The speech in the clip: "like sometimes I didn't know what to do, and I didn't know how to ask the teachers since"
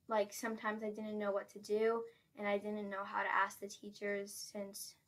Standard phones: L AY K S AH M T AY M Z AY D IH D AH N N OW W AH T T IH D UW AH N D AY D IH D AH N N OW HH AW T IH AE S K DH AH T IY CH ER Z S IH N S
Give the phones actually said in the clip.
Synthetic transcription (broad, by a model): L AY K S AH M T AY M Z AY D IH D N N OW W AH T T IH D UW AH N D AY D IH D N N OW HH AW T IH AE S K DH AH T IY CH ER Z S IH N S